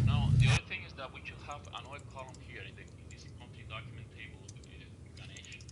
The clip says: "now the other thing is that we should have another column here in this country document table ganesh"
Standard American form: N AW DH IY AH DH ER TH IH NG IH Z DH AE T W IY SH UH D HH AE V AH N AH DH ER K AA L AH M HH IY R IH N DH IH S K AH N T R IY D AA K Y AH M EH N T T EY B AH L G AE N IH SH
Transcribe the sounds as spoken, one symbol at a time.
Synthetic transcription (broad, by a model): N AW DH IY AH DH ER TH IH NG IH Z DH AE T W IY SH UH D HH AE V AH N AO IH K AA L AH M HH IY R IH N DH IH S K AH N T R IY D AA K Y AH M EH N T T EY B AH L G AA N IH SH